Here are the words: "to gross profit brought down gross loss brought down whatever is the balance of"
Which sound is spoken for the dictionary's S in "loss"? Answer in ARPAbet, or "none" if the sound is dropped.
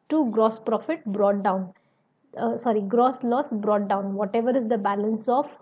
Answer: S